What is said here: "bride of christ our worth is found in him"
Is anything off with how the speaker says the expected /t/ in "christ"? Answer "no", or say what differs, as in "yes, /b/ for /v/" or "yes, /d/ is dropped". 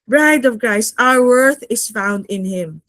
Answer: yes, /t/ is dropped